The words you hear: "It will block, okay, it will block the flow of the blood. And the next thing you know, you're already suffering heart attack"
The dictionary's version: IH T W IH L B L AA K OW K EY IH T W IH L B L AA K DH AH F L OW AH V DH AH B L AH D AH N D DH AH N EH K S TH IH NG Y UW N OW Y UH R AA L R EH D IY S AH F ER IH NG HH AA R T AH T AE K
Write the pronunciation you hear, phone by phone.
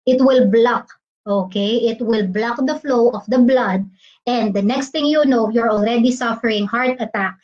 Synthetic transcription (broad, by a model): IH T W IH L B L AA K OW K EY IH T W IH L B L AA K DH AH F L OW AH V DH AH B L AH D AH N D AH N EH K S T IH NG Y UW N OW Y UH R AA L R EH D IY S AH F ER IH NG HH AA R T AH T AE K